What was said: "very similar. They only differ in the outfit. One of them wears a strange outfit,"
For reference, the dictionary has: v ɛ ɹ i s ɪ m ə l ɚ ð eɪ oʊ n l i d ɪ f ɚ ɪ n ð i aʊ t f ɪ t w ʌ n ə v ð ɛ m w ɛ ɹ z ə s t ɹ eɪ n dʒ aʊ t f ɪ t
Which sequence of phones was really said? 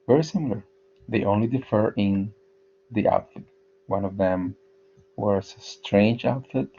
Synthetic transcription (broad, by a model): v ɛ ɹ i s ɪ m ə l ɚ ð eɪ oʊ n l i d ɪ f ɚ ɪ n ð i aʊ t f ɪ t w ʌ n ə v ð ɛ m w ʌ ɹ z ə s t ɹ eɪ n dʒ aʊ t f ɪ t